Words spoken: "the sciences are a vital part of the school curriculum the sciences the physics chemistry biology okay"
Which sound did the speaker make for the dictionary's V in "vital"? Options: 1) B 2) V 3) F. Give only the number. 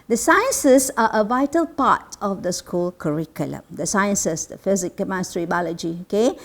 2